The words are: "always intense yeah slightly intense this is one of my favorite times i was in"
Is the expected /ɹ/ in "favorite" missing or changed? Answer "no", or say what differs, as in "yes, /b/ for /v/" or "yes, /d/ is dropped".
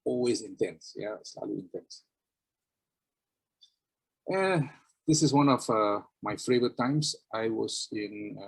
yes, /ɹ/ is dropped